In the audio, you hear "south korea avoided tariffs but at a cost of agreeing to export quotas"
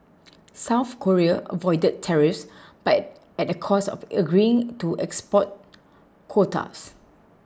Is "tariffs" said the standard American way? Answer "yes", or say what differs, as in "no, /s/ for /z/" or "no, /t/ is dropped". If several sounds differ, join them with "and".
yes